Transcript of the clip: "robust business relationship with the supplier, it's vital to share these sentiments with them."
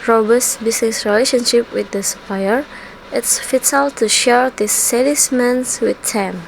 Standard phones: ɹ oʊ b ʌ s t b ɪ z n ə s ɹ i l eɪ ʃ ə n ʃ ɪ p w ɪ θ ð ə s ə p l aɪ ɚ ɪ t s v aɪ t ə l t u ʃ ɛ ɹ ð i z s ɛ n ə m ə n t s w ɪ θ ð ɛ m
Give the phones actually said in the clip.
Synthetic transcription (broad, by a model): ɹ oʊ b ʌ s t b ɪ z n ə s ɹ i l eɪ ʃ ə n ʃ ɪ p w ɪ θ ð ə s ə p aɪ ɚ ɪ t s f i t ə l t u ʃ ɛ ɹ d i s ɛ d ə m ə n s w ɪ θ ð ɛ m